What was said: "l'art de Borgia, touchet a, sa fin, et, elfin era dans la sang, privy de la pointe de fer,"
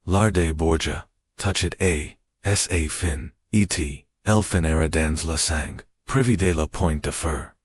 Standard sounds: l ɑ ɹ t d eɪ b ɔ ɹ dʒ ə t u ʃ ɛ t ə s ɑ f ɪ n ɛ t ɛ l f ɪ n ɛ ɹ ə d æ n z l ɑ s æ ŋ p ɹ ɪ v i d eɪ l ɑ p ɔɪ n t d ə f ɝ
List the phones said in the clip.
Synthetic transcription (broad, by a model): l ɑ ɹ d eɪ b ɔ ɹ dʒ ə t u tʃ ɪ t ə s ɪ f ɪ n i t ɛ l f ɪ n ɛ ɹ ə d æ n z l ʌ s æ ŋ p ɹ ɪ v i d eɪ l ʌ p ɔɪ n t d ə f ɝ